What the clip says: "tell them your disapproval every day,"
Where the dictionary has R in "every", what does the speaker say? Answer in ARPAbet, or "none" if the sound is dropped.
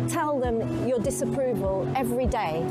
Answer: R